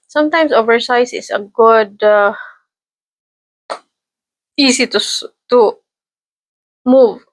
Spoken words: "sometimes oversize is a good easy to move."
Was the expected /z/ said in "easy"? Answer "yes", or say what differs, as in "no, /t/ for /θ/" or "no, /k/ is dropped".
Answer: no, /s/ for /z/